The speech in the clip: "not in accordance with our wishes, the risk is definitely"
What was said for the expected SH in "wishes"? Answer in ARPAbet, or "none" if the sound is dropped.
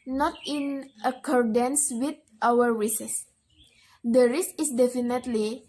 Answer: S